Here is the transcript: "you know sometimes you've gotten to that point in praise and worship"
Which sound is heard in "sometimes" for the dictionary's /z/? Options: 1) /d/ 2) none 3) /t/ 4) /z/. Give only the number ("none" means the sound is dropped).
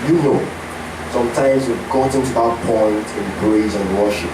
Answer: 4